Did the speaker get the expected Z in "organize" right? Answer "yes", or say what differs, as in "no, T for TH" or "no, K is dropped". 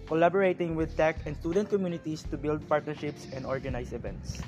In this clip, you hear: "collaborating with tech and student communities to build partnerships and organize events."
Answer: no, S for Z